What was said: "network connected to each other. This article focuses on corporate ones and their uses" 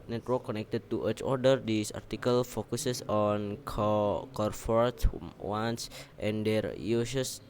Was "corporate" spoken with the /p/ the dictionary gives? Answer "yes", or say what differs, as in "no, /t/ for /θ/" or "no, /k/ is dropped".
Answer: no, /f/ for /p/